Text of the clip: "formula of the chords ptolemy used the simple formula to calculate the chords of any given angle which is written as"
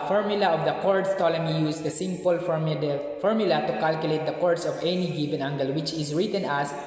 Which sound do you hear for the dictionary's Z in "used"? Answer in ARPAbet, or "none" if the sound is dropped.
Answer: S